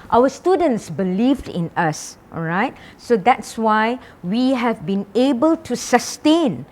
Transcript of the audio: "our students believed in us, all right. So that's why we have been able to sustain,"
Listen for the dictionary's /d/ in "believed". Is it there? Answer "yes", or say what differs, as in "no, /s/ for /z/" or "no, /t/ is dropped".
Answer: yes